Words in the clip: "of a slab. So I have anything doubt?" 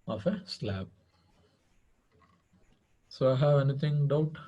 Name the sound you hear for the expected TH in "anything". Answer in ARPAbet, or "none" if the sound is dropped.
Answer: T